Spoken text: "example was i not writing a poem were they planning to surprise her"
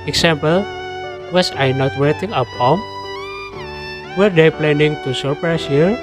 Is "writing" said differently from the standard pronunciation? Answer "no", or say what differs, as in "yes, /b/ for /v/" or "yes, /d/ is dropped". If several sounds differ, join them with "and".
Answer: yes, /w/ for /ɹ/